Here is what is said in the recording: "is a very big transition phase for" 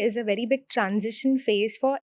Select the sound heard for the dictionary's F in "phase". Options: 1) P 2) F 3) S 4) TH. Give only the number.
2